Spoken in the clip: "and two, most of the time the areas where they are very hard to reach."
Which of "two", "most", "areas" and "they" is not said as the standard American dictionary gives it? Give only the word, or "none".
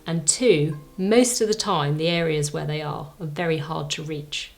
none